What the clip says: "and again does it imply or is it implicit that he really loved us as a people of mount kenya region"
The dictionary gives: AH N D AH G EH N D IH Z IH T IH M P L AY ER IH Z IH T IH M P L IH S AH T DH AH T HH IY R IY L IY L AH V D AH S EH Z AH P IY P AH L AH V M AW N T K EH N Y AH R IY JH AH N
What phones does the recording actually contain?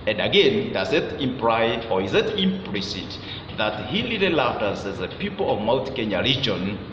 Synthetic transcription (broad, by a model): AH N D AH G EH N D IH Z IH T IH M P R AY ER IH Z IH T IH M P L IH S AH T DH AH T HH IY L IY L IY L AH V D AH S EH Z AH P IY P AH L AH V M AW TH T K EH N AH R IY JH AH N